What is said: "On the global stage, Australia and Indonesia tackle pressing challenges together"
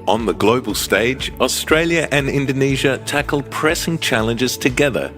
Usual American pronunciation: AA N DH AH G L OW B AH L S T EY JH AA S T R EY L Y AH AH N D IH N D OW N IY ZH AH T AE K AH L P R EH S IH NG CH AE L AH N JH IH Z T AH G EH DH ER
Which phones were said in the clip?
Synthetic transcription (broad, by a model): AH N DH AH G L OW B AH L S T EY JH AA S T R EY L Y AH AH N IH N D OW N IY ZH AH T AE K AH L P R EH S IH NG CH AE L AH N JH IH Z T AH G EH DH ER